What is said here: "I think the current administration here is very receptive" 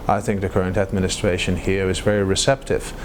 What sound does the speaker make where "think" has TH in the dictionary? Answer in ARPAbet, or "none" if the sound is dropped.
TH